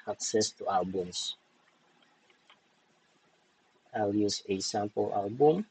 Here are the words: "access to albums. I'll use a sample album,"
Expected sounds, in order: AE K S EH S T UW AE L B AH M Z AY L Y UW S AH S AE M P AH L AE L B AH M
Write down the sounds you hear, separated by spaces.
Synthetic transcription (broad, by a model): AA K S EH S T UW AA L B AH M S AY L Y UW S AH S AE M P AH L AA L B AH M